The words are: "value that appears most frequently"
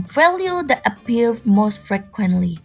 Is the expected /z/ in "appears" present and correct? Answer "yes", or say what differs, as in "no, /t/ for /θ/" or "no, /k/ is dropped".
no, /z/ is dropped